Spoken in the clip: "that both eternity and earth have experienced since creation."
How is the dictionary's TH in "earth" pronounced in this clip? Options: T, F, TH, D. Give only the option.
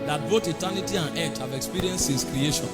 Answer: T